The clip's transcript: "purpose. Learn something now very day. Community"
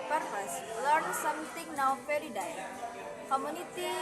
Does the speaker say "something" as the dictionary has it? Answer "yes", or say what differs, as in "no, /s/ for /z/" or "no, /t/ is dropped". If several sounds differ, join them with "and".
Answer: no, /t/ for /θ/